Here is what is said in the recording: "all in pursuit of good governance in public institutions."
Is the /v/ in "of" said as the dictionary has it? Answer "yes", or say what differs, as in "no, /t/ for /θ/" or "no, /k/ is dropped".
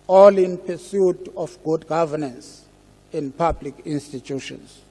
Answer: no, /f/ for /v/